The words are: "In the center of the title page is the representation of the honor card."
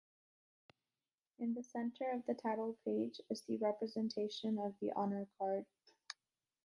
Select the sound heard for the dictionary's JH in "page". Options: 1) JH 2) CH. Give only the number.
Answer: 1